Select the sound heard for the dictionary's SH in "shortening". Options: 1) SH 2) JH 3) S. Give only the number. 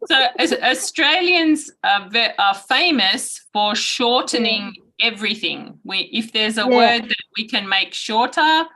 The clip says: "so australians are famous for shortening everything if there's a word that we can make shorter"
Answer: 1